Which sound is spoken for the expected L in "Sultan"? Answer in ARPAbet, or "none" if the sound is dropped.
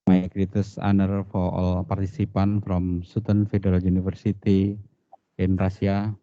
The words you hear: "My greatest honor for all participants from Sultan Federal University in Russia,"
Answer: none